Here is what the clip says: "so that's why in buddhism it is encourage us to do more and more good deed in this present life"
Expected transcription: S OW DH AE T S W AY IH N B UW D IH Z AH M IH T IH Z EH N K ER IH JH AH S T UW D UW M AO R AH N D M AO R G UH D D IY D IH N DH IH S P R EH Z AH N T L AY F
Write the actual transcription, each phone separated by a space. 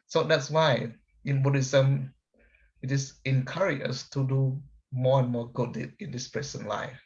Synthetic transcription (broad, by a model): S OW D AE T S W AY IH N B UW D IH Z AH M IH T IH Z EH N K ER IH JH AH S T UW D UW M AO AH N M AO G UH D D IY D IH N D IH S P R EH S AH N L AY F